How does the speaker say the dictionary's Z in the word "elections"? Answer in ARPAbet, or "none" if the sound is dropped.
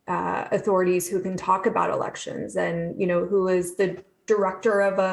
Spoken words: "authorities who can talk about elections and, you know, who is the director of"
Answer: Z